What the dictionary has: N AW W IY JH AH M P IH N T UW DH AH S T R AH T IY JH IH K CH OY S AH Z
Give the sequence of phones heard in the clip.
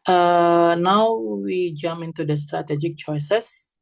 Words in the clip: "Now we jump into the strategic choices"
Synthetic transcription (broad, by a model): N AW W IY JH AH M IH N T UW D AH S T R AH T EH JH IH K CH OY S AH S